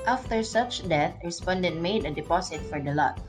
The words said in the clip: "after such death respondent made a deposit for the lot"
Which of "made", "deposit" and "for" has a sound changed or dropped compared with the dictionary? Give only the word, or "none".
deposit